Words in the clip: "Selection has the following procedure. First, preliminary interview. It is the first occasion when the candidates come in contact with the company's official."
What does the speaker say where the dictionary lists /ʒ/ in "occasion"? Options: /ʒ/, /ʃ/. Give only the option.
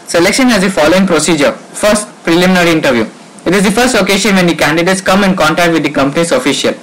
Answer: /ʃ/